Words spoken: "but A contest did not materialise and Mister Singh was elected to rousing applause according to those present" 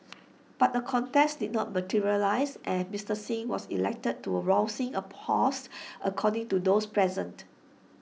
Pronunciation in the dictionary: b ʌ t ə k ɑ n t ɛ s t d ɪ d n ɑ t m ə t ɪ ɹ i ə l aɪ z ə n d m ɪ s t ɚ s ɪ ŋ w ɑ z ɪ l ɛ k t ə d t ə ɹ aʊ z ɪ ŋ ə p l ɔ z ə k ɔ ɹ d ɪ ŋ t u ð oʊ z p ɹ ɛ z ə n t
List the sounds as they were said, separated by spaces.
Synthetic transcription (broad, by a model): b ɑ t ə k ɑ n t ɛ s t d ɪ d n ɑ t m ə t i ɹ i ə l aɪ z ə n m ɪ s t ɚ s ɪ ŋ w ɑ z ɪ l ɛ k t ə d t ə ɹ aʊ s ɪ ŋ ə p ɔ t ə k ɔ d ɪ ŋ t u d oʊ s p ɹ ɛ z ə n t